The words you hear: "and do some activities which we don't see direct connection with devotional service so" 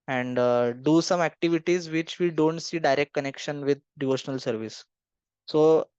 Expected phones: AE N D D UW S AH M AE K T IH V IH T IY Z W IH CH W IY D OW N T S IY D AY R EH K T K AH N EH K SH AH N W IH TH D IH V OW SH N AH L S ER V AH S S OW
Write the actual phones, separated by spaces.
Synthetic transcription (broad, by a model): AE N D D UW S AH M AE K T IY V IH T IY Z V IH CH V IY D OW N T S IY D AY R EH K T K AH N EH K SH AH N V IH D D IH V OW SH N AH L S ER V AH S S OW